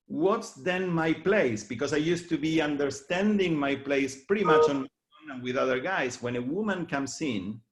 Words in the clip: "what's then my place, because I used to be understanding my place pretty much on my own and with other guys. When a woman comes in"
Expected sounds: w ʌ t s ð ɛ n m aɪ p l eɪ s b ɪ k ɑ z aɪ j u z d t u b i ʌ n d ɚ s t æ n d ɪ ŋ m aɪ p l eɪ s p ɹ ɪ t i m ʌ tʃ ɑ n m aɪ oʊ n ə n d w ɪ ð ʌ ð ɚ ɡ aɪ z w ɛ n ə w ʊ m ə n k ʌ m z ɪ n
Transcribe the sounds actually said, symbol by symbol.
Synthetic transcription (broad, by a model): w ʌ t s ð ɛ n m aɪ p l eɪ s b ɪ k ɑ s aɪ j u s t u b i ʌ n d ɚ s t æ n d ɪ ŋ m aɪ p l eɪ s p ɹ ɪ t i m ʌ tʃ ɑ n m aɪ oʊ n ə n w ɪ ð ʌ ð ɚ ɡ aɪ s w ɛ n ə w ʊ m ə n k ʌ m s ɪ n